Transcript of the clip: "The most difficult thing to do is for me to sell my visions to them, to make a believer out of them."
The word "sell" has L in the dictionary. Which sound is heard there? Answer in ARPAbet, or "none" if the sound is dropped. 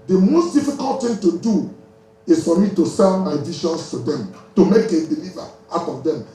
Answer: N